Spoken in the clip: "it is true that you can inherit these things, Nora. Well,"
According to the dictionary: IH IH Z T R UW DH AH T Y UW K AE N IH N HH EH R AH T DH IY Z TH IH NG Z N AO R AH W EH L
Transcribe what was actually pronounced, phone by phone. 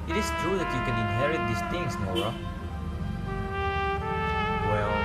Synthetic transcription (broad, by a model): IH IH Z T R UW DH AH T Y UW K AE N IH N HH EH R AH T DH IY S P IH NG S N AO AH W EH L